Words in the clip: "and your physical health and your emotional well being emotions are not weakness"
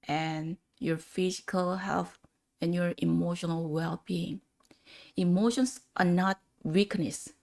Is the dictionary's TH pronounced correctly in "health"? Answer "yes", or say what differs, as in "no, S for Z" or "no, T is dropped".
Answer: no, F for TH